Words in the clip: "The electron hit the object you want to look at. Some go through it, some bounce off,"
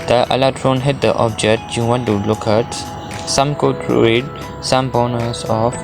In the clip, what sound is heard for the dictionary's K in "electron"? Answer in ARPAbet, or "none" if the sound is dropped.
none